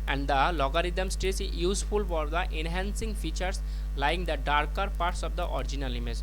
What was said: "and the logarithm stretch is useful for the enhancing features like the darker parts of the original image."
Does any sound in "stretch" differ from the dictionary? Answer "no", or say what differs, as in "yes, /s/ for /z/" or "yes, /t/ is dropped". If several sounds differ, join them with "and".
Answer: yes, /s/ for /tʃ/